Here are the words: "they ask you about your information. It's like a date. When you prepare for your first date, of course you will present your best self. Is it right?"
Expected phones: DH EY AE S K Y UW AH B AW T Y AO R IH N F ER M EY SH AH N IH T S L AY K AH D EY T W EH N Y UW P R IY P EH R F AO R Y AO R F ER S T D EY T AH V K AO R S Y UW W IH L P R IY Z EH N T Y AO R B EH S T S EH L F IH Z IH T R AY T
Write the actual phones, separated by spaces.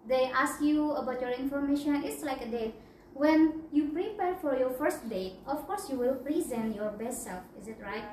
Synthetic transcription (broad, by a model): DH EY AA S K Y UW AH B AW T Y AO R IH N F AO M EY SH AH N IH T S L AY K AH D EY T W EH N Y UW P R IY P EH R F AO R Y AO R F ER S T D EY T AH F K AO R S Y UW W IH L P R IY Z EH N T Y AO R B EH S T S EH L F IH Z IH T R AY T